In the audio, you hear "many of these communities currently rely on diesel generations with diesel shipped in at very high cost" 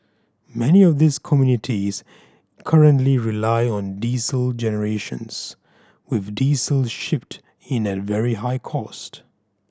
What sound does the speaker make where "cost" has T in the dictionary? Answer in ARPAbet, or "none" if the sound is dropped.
T